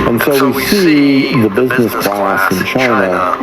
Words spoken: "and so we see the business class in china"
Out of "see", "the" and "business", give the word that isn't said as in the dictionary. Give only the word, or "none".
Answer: none